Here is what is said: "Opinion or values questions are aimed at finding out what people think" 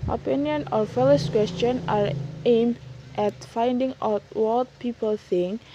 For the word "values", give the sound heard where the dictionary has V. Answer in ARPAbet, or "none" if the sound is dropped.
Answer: F